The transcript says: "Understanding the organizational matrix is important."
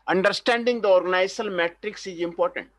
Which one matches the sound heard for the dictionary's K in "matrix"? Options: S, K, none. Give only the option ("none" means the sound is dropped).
K